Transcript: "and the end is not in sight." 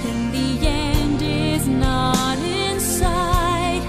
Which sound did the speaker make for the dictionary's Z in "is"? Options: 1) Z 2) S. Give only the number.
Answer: 1